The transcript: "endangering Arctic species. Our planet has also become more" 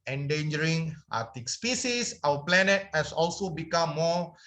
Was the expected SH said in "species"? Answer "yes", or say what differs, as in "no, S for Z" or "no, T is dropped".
no, S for SH